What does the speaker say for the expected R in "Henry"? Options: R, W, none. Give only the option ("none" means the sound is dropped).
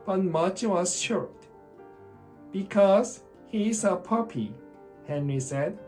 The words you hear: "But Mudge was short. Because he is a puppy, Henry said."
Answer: R